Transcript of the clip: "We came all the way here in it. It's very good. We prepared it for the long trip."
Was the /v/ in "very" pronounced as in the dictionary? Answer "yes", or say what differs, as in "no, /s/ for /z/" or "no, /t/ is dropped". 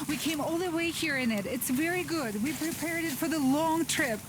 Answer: yes